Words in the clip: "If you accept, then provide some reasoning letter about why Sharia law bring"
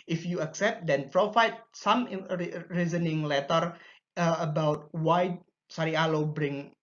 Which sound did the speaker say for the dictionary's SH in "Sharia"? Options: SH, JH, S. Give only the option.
S